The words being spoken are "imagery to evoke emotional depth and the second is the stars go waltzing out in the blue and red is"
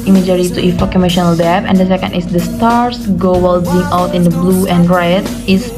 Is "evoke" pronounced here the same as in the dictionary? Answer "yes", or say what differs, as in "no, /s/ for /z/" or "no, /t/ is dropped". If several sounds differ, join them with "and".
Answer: no, /f/ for /v/